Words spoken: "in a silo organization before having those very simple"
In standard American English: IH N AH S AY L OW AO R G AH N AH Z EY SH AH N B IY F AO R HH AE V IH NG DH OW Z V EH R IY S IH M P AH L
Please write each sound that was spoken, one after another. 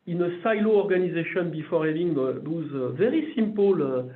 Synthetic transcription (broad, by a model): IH N AH S AY L OW AO R G AH N AH Z EY SH AH N B IY F AO R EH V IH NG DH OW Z V EH R IY S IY M P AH L